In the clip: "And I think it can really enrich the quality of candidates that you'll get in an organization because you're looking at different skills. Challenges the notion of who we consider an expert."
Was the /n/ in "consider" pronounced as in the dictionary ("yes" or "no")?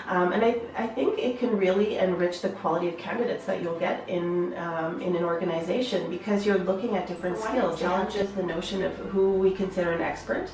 yes